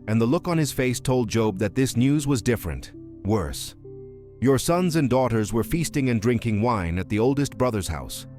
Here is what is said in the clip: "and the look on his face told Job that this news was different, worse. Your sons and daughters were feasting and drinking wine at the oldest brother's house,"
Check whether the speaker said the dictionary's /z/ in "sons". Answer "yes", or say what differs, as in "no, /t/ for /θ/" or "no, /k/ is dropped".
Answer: yes